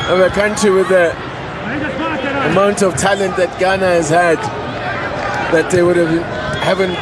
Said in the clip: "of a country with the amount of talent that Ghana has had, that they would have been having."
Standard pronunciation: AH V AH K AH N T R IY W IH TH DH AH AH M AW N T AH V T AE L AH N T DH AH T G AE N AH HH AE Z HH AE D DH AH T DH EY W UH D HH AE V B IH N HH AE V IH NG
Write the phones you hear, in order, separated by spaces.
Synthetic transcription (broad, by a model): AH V AH K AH N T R IY W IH DH AH AH M AW N T AH V T AE L AH N T DH AH T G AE N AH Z HH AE D DH AH T DH EY W UH D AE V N HH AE V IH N